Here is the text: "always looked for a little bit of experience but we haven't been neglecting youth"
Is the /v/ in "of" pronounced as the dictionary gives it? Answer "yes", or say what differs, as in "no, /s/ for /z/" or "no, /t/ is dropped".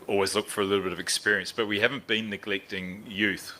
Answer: yes